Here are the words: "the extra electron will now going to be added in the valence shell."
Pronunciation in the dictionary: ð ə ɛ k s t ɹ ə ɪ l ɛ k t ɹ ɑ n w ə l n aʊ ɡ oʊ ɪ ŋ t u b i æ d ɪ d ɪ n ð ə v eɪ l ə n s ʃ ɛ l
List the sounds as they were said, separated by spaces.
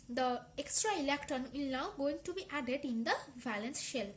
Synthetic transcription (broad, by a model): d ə ɛ k s t ɹ ə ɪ l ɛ k t ɑ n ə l n aʊ ɡ oʊ ɪ ŋ t u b i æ d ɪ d ɪ n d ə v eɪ l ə n s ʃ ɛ l